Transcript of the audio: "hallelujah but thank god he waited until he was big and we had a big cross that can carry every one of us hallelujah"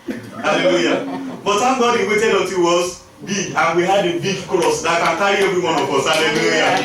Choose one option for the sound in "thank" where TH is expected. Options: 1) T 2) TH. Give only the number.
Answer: 1